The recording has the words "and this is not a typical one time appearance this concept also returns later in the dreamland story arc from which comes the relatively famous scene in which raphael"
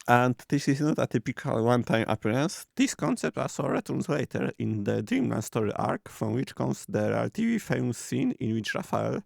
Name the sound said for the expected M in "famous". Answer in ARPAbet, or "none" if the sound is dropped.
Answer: none